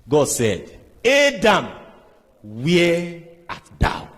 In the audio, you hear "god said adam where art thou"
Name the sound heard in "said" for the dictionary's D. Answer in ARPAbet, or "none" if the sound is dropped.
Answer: D